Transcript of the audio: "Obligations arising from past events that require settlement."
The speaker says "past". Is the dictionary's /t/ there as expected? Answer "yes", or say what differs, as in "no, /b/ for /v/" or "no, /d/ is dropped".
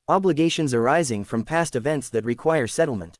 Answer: yes